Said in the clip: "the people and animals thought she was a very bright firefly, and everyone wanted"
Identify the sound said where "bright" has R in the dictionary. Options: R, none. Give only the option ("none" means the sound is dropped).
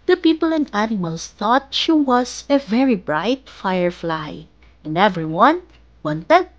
R